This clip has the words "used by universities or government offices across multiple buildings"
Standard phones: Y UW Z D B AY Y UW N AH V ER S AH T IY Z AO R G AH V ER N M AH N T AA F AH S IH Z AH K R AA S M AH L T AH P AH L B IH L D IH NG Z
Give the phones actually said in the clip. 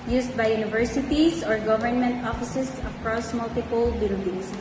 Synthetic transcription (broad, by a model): Y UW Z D B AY Y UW N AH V ER S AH T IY S AO R G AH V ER N M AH N T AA F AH S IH S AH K R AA S M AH L T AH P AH L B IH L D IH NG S